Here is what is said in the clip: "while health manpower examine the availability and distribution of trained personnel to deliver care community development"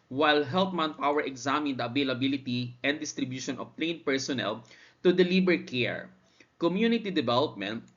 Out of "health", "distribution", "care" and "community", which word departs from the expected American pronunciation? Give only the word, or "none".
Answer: health